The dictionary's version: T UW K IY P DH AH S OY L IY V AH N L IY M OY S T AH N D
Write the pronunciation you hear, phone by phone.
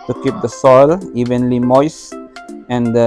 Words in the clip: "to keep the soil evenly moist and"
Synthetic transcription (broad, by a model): T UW K IY P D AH S OY L IY V AH N L IY M OY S AH N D